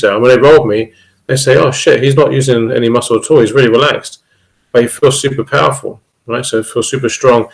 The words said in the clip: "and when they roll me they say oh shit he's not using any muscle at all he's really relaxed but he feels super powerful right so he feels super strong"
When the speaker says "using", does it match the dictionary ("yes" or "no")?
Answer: yes